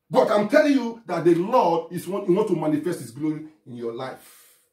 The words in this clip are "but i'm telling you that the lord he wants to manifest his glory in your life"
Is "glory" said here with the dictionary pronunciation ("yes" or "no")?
no